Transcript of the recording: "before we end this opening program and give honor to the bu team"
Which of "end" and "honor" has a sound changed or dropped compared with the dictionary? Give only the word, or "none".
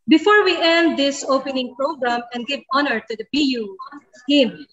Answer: none